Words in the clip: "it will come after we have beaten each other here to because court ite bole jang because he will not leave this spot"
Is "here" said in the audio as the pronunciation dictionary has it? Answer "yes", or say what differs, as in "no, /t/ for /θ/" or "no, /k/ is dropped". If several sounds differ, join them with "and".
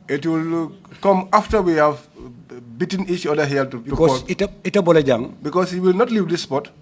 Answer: no, /l/ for /ɹ/